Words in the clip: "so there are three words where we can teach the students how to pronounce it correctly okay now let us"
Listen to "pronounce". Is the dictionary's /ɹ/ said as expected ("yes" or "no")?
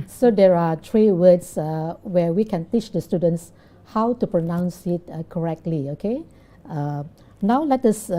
yes